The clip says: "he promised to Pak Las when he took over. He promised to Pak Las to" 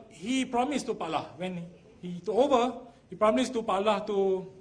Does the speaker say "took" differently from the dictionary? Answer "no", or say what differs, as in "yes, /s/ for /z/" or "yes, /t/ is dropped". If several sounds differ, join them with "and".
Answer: yes, /k/ is dropped